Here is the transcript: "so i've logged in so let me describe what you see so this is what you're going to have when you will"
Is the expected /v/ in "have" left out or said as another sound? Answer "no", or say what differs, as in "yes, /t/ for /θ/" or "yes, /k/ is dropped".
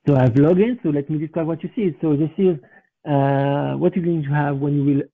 no